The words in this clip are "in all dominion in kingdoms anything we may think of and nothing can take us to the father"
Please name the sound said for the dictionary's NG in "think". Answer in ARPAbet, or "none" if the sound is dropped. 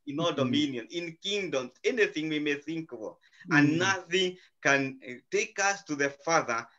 NG